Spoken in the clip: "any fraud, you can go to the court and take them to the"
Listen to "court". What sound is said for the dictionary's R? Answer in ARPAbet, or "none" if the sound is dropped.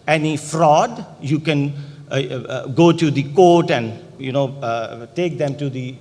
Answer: R